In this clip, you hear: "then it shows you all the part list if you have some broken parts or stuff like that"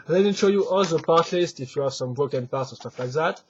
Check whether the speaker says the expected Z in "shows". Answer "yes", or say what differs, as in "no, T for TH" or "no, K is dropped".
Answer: no, Z is dropped